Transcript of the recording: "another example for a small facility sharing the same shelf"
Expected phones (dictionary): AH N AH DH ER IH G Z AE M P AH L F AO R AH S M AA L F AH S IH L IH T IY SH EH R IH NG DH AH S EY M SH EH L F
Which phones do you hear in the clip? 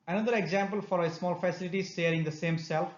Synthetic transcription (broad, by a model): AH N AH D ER IH G Z AE M P AH L F AO R AH S M AA L F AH S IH L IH T IY SH EH R IH NG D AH S EY M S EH L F